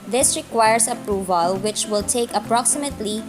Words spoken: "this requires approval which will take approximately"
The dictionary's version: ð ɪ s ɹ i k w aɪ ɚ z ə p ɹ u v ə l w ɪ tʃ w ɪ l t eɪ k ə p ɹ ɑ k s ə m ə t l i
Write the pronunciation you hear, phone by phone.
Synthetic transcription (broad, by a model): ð ɪ s ɹ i k w aɪ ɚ s ə p ɹ u v ə l w ɪ tʃ w ɪ l t eɪ k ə p ɹ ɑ k s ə m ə t l i